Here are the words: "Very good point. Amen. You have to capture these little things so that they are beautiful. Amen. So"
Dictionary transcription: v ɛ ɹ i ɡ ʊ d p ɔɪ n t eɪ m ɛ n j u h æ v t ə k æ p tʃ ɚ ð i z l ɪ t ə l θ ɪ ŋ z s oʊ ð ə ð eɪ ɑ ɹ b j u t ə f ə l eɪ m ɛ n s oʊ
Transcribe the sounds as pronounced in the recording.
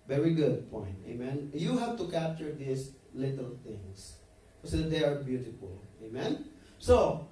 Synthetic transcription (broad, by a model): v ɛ ɹ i ɡ ʊ d p ɔɪ n t eɪ m ɛ n j u h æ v t ə k æ p tʃ ɚ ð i s l ɪ t ə l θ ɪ ŋ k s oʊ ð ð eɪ ɑ ɹ b j u t ə f ə l eɪ m ɛ n s oʊ